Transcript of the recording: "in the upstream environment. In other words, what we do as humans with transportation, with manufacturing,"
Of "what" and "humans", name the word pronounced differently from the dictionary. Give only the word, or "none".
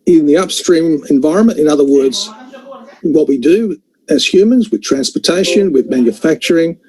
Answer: none